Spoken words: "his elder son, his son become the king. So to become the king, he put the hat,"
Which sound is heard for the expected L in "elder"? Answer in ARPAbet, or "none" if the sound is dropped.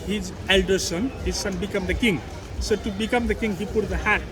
L